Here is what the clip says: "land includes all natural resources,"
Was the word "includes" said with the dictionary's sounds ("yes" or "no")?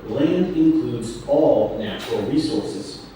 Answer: yes